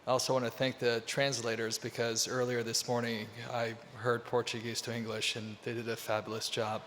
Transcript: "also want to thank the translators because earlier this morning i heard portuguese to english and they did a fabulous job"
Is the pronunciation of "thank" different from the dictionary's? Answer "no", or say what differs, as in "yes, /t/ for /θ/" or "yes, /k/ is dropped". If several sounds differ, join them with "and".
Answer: no